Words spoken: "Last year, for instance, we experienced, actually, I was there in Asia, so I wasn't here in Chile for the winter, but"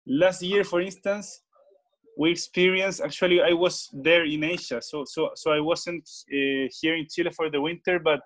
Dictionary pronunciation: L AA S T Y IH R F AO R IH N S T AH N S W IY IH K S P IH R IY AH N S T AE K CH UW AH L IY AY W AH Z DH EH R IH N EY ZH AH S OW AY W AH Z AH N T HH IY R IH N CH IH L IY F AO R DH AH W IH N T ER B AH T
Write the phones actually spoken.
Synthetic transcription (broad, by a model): L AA S T Y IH R F AO R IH N S T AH N S W IY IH K S P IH R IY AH N S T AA K CH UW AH L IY AY W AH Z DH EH R IH N EY S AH S OW AY W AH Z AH N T HH IY R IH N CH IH L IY F AO R DH AH W IH N T ER B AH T